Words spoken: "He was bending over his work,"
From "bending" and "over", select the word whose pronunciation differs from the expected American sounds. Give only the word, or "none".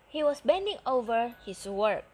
none